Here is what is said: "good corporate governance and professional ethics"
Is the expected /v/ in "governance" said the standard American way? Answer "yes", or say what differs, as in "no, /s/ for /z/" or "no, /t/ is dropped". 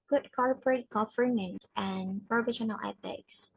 no, /f/ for /v/